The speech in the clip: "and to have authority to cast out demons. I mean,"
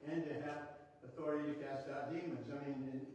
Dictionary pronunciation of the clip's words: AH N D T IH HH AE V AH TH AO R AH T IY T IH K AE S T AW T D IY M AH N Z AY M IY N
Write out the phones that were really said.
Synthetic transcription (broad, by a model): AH N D T IH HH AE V AH TH AO R AH T IY T IH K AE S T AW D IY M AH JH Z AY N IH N